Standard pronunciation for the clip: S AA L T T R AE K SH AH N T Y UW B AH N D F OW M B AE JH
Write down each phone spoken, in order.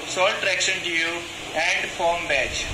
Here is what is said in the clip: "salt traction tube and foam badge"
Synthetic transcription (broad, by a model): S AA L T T R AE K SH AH N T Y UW AH N D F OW M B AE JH